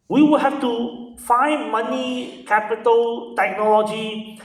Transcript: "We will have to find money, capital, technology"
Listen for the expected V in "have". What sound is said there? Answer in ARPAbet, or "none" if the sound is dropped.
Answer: F